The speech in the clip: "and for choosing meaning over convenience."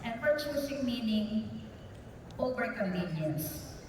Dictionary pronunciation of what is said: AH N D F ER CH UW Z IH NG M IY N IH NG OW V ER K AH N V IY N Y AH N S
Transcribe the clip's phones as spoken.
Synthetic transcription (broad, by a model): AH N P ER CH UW S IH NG M IY N IH NG OW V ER K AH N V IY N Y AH N S